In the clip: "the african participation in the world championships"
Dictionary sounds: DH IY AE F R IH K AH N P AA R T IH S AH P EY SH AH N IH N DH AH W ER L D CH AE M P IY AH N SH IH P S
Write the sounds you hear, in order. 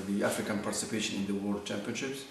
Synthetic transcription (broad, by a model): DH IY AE F R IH K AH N P AA R T IH S AH P EY SH AH N IH N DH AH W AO D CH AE M P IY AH N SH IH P S